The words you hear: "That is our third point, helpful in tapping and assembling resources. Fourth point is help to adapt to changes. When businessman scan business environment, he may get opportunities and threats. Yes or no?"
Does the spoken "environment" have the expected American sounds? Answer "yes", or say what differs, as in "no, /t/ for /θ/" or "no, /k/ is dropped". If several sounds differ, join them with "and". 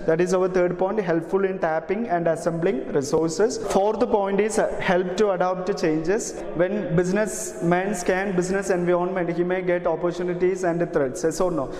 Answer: no, /ɹ/ is dropped